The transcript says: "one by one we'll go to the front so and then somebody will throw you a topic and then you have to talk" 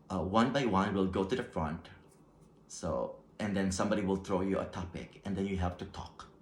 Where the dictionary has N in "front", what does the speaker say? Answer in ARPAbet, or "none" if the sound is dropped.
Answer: N